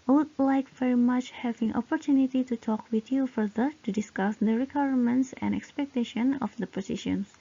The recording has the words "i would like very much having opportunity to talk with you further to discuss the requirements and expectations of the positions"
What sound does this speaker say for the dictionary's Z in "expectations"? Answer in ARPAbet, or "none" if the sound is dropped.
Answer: none